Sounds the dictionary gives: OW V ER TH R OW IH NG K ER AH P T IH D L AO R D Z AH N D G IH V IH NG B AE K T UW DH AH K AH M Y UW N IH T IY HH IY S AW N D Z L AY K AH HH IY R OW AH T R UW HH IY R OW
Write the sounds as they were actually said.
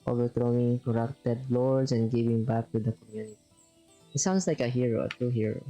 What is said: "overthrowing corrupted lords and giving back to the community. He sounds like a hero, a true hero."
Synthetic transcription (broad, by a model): OW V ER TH R OW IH NG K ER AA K T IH D L AO R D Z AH N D G IH V IH NG B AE K T UW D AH K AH M Y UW N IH T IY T S AW N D S L AY K AH HH IY R OW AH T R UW HH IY R OW